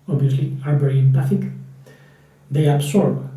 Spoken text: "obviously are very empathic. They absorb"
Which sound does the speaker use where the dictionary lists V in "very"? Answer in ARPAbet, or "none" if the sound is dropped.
B